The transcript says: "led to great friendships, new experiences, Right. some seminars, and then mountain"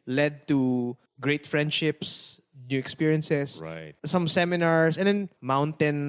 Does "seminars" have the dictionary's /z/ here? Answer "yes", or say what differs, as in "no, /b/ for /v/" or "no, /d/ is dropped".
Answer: no, /s/ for /z/